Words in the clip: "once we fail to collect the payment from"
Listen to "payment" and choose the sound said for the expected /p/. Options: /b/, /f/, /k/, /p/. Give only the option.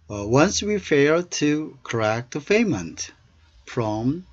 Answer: /f/